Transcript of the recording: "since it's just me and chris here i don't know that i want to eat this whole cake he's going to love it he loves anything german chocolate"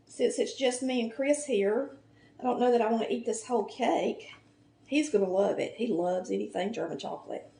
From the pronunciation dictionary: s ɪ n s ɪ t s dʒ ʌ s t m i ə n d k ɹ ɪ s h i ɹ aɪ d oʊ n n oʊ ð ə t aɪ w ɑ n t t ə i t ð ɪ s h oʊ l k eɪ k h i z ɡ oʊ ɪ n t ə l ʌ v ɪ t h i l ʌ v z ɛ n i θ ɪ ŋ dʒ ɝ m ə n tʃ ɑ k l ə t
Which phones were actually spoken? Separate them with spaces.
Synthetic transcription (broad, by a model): s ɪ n s ɪ t s dʒ ʌ s t m i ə n k ɹ ɪ s h i ɹ aɪ d oʊ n n oʊ ð ə t aɪ w ɑ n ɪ t i t ð ɪ s h oʊ l k eɪ k h i z ɡ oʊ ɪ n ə l ʌ v ɪ t h i l ʌ v z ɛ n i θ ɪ ŋ dʒ ɝ m ə n tʃ ɑ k l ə t